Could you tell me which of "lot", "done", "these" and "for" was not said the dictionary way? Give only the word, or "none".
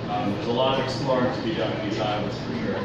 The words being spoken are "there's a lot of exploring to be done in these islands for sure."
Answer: done